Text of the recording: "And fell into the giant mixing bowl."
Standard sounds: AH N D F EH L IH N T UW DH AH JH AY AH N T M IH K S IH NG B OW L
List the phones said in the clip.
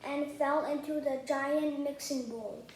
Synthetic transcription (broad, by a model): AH N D F EH L IH N T UW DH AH JH AY AH N T M IH K S IH NG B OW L